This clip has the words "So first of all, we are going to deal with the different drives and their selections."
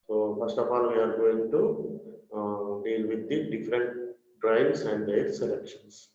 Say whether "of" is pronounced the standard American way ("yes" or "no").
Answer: no